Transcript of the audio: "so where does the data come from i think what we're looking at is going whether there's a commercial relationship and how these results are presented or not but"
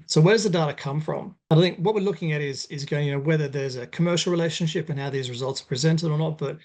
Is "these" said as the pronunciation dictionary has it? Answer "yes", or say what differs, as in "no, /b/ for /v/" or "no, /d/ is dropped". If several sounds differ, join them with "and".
yes